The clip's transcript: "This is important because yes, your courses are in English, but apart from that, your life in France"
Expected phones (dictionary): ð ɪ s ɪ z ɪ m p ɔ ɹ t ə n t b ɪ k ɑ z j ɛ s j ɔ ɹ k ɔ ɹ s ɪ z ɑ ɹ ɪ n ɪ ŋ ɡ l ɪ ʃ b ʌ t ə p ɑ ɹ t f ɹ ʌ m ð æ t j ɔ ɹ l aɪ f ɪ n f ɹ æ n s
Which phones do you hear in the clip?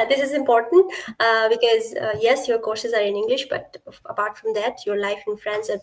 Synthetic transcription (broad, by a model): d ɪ s ɪ z ɪ m p ɔ ɹ t ə n t b ɪ k ɑ z j ɛ s j ɔ ɹ k ɔ ɹ s ɪ z ɑ ɹ ɪ n ɪ ŋ ɡ l ɪ ʃ b ʌ t ə p ɑ ɹ t f ɹ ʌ m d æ t j ɔ ɹ l aɪ f ɪ n f ɹ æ n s